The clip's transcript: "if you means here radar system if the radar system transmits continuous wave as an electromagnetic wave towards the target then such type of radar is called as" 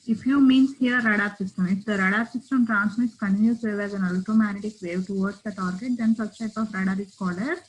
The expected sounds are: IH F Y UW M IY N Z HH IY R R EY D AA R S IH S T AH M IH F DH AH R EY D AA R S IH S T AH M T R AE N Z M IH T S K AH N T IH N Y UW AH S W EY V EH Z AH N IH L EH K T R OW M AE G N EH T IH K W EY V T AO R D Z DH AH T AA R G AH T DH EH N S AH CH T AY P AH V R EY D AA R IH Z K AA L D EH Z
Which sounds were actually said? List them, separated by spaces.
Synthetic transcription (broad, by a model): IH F Y UW M IY N S HH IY R R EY D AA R S IH S T AH M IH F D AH R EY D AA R S IH S T AH M T R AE N S M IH T S K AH N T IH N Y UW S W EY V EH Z AH N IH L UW T OW M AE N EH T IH K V EY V T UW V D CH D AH T AA R G AH T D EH N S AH S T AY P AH F R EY D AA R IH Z K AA L AH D